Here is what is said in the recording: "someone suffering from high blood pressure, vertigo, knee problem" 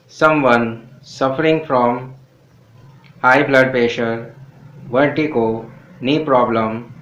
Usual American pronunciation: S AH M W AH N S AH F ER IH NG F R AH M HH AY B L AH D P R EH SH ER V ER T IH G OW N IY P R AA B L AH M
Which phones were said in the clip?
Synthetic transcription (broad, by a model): S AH M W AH N S AH F ER IH NG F R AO M HH AY B L AH D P EH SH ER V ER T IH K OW N IY P R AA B L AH M